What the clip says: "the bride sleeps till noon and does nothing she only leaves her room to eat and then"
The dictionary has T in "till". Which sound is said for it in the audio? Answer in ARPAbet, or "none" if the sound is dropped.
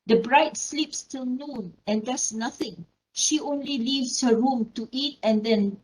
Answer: T